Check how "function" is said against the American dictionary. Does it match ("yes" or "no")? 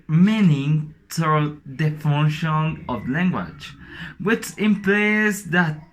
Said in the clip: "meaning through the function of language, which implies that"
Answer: no